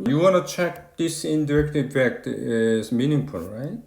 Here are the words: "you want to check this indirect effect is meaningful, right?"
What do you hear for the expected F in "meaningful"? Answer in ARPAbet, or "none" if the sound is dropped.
P